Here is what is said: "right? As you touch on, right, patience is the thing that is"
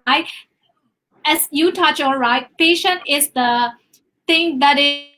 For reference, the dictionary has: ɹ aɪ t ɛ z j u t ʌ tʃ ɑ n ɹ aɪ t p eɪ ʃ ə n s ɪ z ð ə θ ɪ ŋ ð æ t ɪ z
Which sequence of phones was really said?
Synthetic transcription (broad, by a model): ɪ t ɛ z j u t ʌ tʃ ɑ l ɹ aɪ t p eɪ ʃ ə n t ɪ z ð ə t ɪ ŋ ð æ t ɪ